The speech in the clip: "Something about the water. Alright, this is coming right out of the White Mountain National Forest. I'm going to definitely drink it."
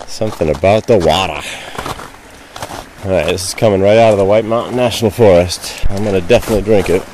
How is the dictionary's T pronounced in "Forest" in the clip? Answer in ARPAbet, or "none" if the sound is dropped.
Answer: T